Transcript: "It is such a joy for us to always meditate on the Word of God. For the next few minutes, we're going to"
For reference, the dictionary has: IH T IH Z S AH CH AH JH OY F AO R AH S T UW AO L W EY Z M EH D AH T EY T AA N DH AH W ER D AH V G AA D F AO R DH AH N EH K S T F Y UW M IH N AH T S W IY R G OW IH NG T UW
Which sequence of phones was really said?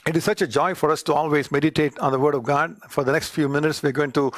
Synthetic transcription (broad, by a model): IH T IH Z S AH CH AH JH OY F AO R AH S T UW AO L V EY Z M EH D AH T EY T AA N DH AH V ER D AH V G AA D F AO R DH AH N EH K S T F Y UW M IH N AH T S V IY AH G OW IH NG T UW